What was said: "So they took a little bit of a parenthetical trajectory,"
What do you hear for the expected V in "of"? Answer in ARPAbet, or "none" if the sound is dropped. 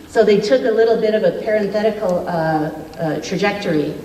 V